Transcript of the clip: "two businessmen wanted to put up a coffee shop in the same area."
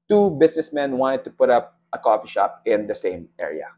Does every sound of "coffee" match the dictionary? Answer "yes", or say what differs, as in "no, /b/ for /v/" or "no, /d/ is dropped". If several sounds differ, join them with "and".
yes